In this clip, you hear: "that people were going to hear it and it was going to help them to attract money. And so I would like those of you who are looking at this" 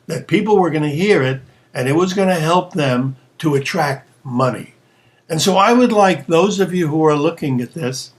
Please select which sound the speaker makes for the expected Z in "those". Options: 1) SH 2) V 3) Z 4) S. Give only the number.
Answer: 3